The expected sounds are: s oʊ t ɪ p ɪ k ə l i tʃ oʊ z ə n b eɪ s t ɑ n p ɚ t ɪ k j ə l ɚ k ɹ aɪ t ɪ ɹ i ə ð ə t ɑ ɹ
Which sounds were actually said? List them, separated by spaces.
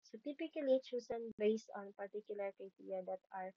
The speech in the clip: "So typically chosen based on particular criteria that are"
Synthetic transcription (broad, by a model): s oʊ t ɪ p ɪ k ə l i tʃ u s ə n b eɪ s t ɑ n p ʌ t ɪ k j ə l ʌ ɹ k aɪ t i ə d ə t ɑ ɹ